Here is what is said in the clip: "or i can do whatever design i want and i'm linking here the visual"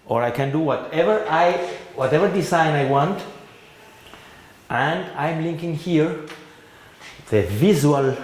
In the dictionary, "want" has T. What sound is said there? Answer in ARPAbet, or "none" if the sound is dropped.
T